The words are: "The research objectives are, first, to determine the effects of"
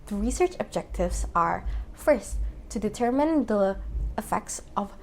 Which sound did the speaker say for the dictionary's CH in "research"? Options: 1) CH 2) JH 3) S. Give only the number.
1